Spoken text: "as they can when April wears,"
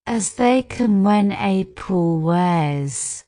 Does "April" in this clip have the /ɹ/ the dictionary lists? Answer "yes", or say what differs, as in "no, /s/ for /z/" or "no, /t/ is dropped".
no, /ɹ/ is dropped